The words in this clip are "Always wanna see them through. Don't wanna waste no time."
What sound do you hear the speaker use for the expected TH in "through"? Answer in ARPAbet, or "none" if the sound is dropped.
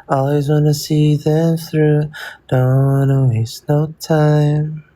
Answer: TH